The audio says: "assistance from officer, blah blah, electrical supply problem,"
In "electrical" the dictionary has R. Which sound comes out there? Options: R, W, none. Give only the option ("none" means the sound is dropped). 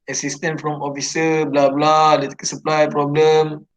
none